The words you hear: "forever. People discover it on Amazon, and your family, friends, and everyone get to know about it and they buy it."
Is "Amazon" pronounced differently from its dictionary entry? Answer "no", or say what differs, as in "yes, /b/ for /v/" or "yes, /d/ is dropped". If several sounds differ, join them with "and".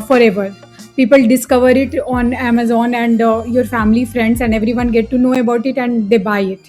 no